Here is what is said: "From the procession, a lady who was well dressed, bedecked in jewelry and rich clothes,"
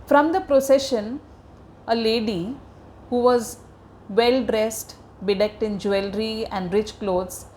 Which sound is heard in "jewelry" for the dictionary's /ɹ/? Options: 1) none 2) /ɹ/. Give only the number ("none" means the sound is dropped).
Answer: 2